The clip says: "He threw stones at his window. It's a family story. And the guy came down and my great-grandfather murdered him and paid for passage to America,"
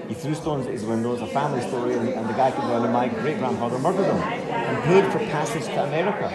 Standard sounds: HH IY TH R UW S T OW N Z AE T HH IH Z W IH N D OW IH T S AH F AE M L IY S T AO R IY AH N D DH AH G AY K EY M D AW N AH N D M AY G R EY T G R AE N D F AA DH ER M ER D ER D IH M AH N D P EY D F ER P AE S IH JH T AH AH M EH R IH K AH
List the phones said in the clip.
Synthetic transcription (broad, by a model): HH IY TH R UW S T OW N Z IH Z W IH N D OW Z AH F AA M L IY S T AO R IY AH N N DH AH G AY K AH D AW AH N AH M AY G R EY T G R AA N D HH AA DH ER M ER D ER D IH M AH N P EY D F ER P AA S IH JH T AH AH M EH R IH K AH